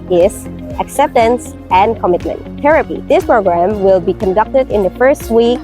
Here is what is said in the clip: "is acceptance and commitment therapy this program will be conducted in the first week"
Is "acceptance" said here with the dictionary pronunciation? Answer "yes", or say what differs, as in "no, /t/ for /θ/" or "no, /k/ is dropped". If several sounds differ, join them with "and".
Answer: yes